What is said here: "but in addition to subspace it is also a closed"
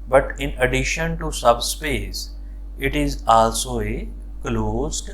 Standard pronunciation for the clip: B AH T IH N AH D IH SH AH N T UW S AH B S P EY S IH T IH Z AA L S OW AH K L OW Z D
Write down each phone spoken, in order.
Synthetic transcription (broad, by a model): B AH T IH N AH D IH SH AH N T UW S AH B S P EY S IH T IH Z AA L S OW AH K L OW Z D